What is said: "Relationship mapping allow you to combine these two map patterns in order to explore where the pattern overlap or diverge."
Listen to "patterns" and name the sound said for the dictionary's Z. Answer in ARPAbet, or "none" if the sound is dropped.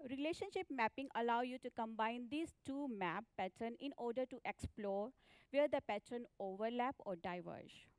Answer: none